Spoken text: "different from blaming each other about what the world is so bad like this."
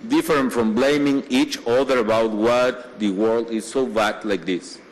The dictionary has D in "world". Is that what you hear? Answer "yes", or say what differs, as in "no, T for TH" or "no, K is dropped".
yes